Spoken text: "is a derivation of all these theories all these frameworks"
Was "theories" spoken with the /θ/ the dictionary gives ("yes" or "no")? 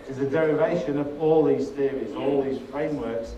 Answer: no